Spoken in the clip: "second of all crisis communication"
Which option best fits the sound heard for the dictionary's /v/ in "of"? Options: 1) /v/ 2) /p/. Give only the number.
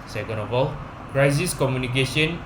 2